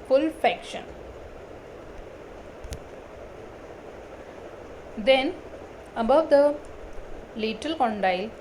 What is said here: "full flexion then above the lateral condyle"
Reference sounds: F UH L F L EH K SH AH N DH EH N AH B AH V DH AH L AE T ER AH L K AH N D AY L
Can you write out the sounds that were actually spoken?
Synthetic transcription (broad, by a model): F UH L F EH K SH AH N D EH N AH B AH V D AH L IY T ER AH L K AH N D AY L